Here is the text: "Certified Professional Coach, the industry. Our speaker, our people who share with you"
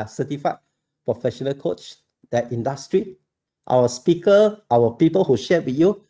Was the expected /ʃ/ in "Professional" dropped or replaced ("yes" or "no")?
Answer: no